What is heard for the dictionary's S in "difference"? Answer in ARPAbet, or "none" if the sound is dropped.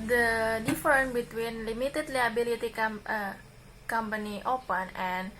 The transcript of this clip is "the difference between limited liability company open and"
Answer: none